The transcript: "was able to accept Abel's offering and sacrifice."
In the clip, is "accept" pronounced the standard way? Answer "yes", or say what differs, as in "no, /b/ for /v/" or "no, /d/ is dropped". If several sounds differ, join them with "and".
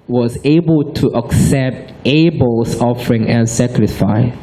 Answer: yes